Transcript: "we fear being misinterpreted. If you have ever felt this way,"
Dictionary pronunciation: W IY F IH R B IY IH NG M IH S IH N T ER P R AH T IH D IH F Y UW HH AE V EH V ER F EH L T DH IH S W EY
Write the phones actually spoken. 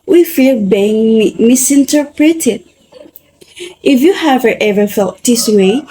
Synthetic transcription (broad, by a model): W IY F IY L B IY IH NG M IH S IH N T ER P R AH T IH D IH F Y UW HH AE V EH V ER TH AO T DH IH S W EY